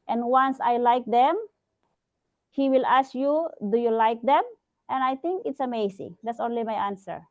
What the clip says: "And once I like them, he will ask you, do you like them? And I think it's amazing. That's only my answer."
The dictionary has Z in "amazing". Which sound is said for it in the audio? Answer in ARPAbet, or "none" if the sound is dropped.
S